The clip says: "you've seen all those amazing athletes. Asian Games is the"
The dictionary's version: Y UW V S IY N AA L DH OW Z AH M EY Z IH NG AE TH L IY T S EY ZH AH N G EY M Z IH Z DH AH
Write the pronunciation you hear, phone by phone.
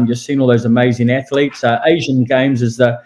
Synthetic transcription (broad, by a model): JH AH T S IY N AA L DH OW Z AH M EY Z IH NG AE TH L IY T S EY ZH AH N G EY M Z IH Z DH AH